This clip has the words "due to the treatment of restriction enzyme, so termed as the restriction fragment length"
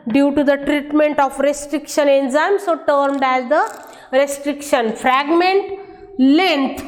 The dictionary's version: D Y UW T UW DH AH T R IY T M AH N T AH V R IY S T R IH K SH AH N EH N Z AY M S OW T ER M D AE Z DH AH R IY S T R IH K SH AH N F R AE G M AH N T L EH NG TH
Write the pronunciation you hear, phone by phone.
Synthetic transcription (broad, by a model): D Y UW T UW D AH T R IY T M AH N T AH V R IY S T R IH K SH AH N EH N Z AY M S OW T ER M D AE Z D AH R IY S T R IH K SH AH N F R AE G M AH N T L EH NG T